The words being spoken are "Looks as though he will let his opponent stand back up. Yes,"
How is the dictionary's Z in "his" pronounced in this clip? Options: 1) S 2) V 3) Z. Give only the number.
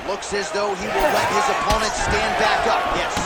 3